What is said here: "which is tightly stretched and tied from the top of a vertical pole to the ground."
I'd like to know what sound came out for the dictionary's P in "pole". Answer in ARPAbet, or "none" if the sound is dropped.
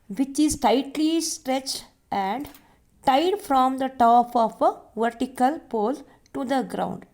P